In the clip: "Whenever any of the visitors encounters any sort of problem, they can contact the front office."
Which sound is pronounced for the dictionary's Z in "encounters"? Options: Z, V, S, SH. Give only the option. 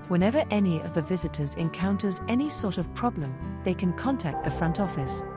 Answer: Z